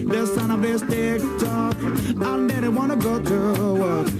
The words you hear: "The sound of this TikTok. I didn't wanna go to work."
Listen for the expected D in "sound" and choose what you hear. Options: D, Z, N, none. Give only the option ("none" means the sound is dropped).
none